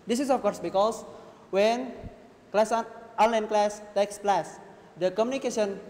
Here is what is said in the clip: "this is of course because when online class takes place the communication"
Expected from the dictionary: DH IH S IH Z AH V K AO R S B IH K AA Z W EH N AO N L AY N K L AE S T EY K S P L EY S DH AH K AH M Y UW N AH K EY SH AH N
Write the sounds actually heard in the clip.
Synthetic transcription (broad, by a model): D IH S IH S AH F K AO R S B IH K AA S W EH N AO N L AY N K L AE S T EY K S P L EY S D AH K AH M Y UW N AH K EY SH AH N